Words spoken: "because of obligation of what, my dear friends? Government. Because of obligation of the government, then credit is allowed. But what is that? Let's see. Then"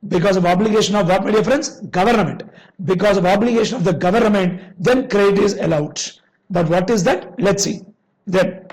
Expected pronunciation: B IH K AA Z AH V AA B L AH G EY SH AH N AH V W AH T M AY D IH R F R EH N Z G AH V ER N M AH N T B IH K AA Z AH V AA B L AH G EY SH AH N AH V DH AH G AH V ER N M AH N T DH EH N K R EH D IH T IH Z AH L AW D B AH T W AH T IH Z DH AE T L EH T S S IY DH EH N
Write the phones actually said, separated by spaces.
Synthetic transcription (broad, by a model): B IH K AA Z AH V AA B L AH G EY SH AH N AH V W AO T M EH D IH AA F R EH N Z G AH V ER N M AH N T B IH K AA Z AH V AA B L AH G EY SH AH N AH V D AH G AH V ER N M AH N T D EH N K R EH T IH IH Z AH L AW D B AH T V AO T IH Z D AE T L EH T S S IY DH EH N